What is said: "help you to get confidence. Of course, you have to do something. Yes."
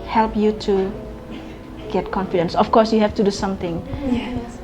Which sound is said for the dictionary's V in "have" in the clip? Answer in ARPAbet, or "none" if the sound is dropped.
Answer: F